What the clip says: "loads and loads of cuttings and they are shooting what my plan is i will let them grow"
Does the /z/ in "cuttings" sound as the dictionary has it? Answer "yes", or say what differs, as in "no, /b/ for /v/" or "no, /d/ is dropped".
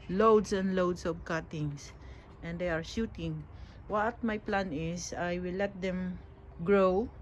no, /s/ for /z/